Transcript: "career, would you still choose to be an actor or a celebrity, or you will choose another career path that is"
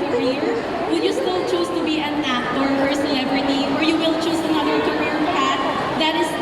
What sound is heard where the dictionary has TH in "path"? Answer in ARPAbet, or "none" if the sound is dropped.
T